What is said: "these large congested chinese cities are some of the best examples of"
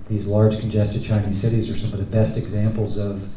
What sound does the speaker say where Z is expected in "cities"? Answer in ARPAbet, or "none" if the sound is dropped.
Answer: Z